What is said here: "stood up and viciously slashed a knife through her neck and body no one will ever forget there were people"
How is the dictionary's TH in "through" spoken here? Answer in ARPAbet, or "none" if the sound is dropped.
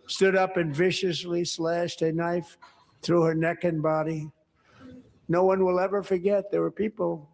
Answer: TH